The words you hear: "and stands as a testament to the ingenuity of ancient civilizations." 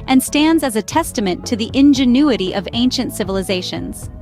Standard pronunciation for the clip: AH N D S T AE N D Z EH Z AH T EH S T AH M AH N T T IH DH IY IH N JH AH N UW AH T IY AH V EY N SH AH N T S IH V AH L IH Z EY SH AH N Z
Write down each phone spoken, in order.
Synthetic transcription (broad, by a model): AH N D S T AE N D Z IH Z AH T EH S T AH M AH N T T IH DH IY IH N JH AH N UW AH T IY AH V EY N SH AH N T S IH V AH L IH Z EY SH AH N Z